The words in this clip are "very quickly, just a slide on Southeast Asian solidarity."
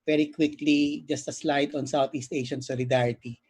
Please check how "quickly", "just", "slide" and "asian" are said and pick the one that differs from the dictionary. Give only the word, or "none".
asian